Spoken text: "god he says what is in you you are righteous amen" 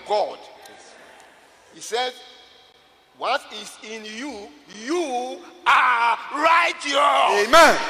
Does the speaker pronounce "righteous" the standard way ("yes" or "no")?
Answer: no